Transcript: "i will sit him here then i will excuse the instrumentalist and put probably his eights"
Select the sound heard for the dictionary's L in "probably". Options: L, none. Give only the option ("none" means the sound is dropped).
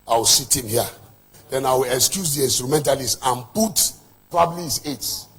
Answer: L